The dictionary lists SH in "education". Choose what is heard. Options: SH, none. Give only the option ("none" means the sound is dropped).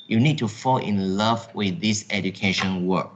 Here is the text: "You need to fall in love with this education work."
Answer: SH